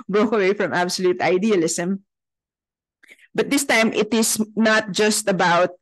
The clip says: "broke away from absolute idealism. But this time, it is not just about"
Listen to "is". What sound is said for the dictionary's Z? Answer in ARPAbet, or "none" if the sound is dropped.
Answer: S